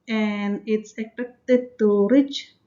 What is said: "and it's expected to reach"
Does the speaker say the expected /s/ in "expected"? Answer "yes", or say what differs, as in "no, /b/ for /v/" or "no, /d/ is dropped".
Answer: no, /s/ is dropped